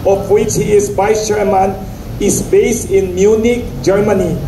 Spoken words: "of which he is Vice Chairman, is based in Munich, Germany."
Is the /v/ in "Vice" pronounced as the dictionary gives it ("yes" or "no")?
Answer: no